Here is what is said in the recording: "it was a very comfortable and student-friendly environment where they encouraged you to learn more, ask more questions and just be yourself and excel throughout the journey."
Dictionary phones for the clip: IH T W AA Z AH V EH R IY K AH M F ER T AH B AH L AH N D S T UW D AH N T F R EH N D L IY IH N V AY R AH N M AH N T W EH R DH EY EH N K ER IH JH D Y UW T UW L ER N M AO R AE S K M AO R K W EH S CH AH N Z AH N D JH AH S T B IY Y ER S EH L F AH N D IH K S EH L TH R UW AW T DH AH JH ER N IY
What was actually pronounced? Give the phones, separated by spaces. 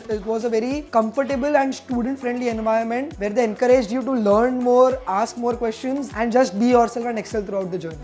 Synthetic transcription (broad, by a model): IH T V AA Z AH V EH R IY K AH M F ER T AH B AH L AH N D S T UW D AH N T F R EH N D L IY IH N V AY AH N M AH N T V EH R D EY EH N K ER IH JH D Y UW T UW L ER N M AO R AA S K M AO R K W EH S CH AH N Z AH N D JH AH S T B IY Y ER S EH L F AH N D IH K S EH L T R UW AW T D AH JH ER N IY